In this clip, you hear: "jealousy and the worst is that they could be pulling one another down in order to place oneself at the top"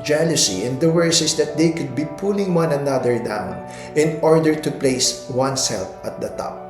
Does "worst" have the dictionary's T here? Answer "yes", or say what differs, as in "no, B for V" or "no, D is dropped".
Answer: no, T is dropped